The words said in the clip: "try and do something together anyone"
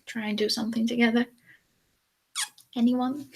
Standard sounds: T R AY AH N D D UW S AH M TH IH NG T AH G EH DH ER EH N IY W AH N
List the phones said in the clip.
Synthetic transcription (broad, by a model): T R AY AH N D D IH S AH M TH IH NG T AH G EH DH ER EH N IY W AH N